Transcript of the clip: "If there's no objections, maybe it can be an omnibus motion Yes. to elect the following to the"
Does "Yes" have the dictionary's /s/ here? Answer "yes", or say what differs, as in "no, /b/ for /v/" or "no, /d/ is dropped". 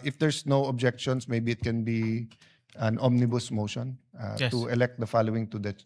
no, /s/ is dropped